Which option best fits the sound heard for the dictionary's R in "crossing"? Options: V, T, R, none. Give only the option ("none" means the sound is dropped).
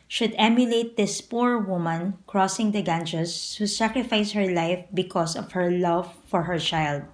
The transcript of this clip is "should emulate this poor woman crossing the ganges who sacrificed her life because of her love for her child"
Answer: R